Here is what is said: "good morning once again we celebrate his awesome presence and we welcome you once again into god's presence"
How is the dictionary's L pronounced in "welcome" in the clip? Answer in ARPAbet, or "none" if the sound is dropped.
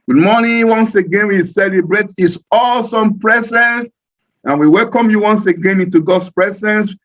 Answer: L